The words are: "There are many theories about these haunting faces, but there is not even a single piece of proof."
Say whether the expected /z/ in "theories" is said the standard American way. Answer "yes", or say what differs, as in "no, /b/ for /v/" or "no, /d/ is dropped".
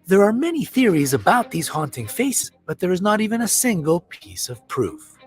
yes